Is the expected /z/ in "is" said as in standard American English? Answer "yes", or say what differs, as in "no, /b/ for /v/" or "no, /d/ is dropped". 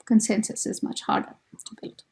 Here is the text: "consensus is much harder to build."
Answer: yes